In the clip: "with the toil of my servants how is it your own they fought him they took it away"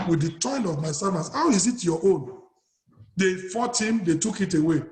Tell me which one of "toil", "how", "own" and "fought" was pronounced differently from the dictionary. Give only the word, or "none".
toil